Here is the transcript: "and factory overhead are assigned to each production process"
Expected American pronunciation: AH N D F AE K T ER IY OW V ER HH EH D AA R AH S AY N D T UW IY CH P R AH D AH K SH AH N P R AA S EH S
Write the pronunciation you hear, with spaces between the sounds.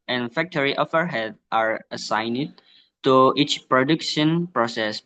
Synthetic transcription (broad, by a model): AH N F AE K T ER IY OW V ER HH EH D AA R AH S AY N D T UW IY CH P R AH D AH K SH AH N P R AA S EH S